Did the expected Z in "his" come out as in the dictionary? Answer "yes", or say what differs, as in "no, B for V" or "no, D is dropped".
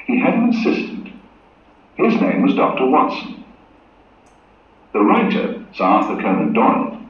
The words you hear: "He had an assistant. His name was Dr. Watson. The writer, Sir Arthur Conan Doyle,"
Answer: yes